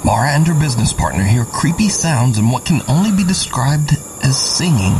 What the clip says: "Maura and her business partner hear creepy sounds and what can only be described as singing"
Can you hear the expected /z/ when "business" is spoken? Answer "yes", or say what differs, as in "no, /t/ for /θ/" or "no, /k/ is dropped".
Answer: yes